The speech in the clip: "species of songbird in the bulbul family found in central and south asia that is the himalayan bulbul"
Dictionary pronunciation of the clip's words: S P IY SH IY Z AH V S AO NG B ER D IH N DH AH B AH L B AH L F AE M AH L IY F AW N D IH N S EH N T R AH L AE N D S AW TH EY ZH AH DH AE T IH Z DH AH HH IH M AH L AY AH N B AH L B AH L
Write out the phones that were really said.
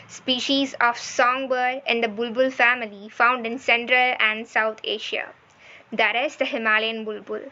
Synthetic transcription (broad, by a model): S P IY SH IY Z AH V S AO NG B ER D IH N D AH B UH L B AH L F AE M AH L IY F AW N D IH N S EH N T R AH L AE N D S AW T EY SH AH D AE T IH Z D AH HH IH M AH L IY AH N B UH L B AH L